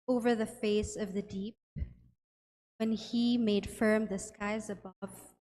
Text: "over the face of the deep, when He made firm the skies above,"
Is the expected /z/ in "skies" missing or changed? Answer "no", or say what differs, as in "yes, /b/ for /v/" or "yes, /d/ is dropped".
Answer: no